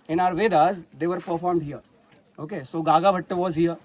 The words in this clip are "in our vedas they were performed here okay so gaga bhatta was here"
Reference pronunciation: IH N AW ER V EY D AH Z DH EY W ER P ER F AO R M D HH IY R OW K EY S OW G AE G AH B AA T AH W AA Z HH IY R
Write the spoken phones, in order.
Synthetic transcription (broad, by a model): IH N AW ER V EY D AH Z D EY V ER P ER F AO R M D HH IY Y OW K EY S OW G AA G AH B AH T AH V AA Z HH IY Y